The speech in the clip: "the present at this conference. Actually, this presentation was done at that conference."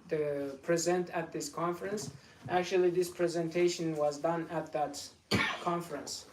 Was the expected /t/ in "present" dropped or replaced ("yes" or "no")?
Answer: no